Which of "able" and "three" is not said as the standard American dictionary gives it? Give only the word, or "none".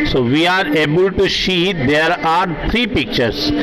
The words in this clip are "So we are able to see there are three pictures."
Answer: three